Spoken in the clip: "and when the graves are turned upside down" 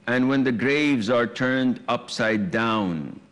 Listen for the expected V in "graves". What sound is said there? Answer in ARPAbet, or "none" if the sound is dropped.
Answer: V